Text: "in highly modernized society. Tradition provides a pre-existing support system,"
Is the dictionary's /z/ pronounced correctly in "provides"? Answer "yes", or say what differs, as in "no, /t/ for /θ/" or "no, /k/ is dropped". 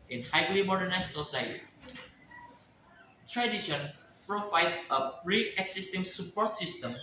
no, /z/ is dropped